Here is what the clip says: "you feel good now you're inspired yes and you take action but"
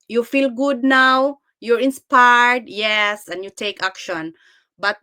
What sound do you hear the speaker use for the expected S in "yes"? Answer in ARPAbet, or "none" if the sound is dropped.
S